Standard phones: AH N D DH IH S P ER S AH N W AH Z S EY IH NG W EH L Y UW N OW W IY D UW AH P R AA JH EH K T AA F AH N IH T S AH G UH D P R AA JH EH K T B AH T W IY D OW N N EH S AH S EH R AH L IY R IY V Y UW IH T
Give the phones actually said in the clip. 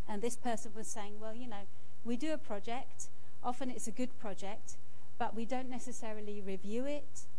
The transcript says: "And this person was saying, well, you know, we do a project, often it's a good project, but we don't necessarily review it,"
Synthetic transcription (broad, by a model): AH N DH IH S P ER S AH N W AH Z S EY IH NG W EH L Y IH N OW W IY D AH P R AA JH EH K T AA F AH N IH T S AH G UH D P R AA JH EH K T B AH T W IY D OW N N EH S AH S EH R AH L IY R IY V Y UW IH T